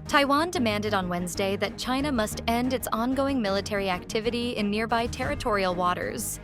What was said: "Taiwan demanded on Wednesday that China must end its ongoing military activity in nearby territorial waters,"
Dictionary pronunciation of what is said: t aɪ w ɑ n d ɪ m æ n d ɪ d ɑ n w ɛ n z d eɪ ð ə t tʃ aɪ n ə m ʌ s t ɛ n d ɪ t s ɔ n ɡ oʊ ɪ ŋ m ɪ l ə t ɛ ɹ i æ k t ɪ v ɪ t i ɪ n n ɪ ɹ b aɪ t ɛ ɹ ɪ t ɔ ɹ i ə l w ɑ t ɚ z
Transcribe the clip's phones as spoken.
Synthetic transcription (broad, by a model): t aɪ w ɑ n d ɪ m æ n d ɪ d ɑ n w ɛ n z d eɪ ð ə t tʃ aɪ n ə m ʌ s t ɛ n d ɪ t s ɔ n ɡ oʊ ɪ ŋ m ɪ l ə t ɛ ɹ i æ k t ɪ v ɪ t i ɪ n n ɪ ɹ b aɪ t ɛ ɹ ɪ t ɔ ɹ i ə l w ɑ t ɚ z